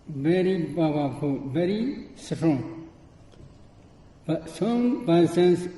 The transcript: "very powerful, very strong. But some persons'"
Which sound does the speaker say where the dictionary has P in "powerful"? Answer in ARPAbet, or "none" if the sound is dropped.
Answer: B